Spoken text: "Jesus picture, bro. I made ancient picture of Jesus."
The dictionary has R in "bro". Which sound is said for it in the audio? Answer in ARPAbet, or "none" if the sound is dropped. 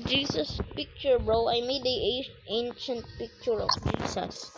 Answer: R